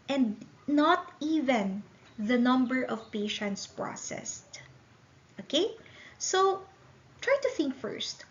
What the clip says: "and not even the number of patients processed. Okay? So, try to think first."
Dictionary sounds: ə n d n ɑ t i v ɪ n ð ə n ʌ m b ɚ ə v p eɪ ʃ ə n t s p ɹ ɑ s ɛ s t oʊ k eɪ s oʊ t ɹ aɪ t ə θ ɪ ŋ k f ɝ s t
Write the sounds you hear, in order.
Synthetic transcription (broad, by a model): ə n d n ɑ t i v ɪ n ð ə n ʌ m b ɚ ə v p eɪ ʃ ə n t s p ɹ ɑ s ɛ s t oʊ k eɪ s oʊ t ɹ aɪ t ə θ ɪ ŋ k f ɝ s t